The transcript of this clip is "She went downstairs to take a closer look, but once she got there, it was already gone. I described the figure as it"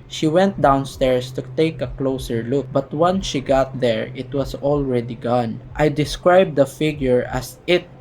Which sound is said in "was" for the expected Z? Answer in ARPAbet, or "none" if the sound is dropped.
S